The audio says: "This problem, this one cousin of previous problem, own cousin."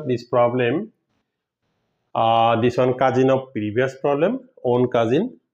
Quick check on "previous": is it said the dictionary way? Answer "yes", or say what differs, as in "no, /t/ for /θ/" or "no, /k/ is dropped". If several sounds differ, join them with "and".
no, /b/ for /v/